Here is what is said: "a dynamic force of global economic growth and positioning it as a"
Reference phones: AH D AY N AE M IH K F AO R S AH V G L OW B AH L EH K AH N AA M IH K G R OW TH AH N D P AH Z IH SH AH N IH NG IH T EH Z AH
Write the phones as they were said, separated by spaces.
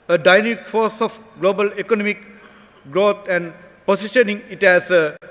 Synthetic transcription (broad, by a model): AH D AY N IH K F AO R S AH F G L OW B AH L EH K AH N AA M IH K G R OW T AH N D P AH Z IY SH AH N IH NG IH T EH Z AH